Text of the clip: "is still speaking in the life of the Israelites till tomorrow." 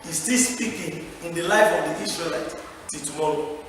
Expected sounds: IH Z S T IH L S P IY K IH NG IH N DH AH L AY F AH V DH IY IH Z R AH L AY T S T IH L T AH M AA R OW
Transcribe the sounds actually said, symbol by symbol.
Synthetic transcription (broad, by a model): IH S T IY S P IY K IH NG IH N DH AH L AY F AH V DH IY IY S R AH L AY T T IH T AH M AA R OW